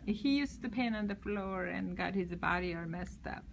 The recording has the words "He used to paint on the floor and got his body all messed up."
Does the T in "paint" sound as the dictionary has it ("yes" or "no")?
no